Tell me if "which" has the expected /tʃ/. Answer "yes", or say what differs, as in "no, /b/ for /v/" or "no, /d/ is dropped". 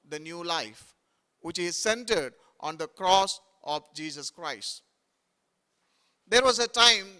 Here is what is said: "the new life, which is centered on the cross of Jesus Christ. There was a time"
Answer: yes